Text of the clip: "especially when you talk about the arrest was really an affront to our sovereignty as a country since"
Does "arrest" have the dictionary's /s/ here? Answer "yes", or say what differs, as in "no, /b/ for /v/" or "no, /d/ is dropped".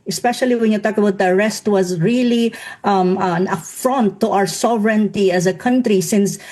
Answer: yes